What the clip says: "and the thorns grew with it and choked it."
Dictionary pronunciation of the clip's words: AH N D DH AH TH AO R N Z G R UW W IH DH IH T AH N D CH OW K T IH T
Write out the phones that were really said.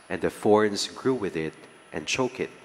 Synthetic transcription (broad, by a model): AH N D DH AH F AO R N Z G R UW W IH DH IH T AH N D CH OW K IH T